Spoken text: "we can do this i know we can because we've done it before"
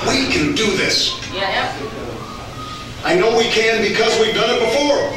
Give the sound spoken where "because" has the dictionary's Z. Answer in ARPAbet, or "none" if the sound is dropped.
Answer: Z